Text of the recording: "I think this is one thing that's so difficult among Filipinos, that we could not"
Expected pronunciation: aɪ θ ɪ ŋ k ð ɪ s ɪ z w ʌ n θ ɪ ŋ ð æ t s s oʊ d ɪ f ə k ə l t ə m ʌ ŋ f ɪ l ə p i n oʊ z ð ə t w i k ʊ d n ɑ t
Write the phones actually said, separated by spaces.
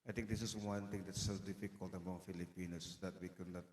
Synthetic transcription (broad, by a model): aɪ t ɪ ŋ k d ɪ s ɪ s w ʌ n t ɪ ŋ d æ t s s oʊ d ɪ f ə k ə l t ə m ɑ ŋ f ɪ l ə p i n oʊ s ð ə t w i k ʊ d n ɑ t